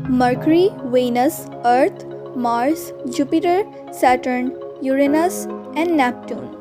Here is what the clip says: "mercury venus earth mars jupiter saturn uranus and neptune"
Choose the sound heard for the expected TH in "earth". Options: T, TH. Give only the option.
T